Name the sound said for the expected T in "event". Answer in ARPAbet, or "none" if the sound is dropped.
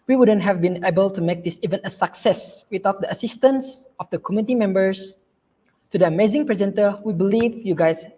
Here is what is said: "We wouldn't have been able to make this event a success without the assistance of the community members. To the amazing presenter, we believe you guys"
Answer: none